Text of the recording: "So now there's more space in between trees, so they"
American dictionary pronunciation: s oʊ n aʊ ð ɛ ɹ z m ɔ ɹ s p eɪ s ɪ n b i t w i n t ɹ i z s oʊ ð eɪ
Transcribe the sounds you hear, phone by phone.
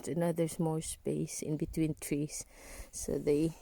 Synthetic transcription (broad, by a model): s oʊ n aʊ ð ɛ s m ɔ l s p eɪ s ɪ n b i t w i n t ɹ i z s oʊ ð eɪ